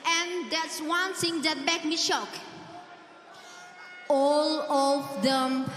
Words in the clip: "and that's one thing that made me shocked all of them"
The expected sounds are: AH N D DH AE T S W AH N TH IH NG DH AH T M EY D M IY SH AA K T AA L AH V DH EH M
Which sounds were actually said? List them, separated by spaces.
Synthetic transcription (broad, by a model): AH N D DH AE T S W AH N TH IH NG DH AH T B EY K M IY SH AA K AA L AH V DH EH M